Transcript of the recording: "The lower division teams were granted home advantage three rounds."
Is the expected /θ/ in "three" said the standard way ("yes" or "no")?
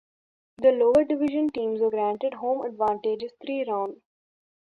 no